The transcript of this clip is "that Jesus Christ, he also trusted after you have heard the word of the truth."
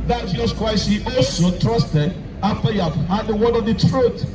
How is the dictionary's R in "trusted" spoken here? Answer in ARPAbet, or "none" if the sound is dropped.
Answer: R